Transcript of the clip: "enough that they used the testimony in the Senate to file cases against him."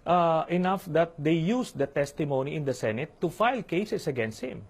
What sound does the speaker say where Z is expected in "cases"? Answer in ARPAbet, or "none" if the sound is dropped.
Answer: S